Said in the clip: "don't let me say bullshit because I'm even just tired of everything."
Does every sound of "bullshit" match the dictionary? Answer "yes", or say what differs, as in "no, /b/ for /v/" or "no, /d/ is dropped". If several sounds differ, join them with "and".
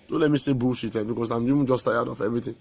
no, /l/ is dropped